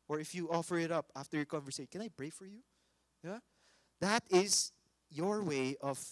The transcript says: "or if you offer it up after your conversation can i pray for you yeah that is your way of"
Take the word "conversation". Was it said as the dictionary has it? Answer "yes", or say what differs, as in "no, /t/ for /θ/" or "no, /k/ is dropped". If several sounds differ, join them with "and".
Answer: no, /ʃ/ is dropped